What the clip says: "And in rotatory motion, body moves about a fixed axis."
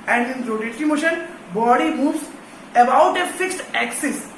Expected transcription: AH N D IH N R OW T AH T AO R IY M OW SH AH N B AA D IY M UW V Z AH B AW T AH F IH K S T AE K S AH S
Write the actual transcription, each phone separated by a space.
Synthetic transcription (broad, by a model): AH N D IH N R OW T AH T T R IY M OW SH AH N B AA D IY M UW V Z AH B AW T AH F IH K S T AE K S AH S